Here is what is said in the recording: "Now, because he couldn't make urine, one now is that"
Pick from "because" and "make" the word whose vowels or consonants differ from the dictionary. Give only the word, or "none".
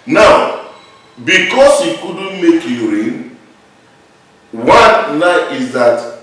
because